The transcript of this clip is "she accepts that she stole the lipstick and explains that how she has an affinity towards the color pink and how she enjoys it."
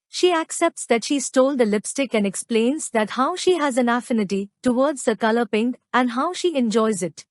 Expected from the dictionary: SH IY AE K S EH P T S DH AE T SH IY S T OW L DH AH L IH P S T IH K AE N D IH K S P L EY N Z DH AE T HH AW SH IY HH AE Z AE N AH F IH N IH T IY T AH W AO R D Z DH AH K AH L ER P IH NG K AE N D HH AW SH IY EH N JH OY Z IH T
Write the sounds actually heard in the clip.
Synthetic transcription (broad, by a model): SH IY AE K S EH P T S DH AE T SH IY S T OW L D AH L IH P S T IH K AE N D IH K S P L EY N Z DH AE T HH AW SH IY HH AE Z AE N AH F IH N IH T IY T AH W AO R D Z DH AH K AH L ER P IH NG K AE N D HH AW SH IY EH N JH OY Z IH T